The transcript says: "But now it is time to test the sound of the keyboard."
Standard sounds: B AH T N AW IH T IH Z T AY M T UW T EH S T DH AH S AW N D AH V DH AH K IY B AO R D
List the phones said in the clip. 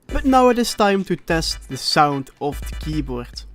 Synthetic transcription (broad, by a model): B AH T N AW IH T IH S T AY M T UW T EH S T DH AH S AW N D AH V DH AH K IY B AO R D